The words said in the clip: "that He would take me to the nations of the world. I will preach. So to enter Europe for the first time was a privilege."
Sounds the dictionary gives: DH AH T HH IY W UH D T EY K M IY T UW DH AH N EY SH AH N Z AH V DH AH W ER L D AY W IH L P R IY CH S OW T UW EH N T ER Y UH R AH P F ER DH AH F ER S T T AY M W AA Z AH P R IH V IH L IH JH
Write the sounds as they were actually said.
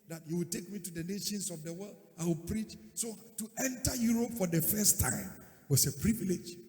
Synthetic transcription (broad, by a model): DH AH T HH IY W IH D T EY K M IY T UW DH AH N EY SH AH N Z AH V DH AH W ER L D AY W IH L P R IY CH S OW T UW EH N T ER Y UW R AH P F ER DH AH F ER S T T AY M W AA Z AH P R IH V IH L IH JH